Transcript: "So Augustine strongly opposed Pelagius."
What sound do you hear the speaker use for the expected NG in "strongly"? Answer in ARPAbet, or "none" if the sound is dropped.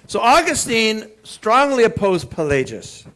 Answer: NG